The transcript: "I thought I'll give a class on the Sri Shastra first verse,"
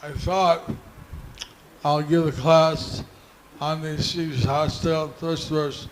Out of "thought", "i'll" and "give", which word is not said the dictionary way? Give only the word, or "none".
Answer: none